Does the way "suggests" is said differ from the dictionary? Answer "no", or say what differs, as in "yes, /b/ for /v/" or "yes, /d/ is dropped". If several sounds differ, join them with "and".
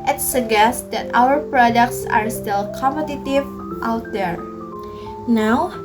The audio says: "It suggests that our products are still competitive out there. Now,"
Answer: yes, /dʒ/ is dropped